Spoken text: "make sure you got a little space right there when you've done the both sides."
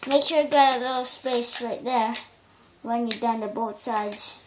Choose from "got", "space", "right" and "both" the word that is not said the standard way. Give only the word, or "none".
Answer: both